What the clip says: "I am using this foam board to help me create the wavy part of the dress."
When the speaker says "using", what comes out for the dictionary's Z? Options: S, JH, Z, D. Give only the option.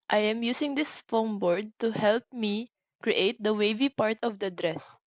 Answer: S